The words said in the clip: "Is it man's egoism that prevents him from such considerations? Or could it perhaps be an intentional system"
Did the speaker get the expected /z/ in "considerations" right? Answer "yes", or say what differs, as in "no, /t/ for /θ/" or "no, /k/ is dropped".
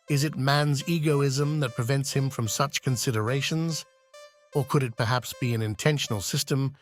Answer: yes